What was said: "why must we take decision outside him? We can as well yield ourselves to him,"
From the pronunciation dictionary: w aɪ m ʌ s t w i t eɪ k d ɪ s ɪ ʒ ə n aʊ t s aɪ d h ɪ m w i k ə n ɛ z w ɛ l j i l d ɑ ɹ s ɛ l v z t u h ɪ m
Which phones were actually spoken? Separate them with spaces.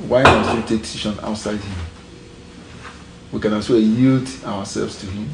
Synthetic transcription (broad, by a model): w aɪ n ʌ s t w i t eɪ k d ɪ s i ʃ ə n aʊ t s aɪ d h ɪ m w i k ə n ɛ s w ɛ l j i l d ɑ w s ɛ l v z t u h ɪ m